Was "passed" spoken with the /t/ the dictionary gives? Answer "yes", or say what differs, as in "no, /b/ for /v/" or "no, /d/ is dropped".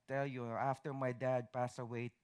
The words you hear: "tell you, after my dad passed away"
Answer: no, /t/ is dropped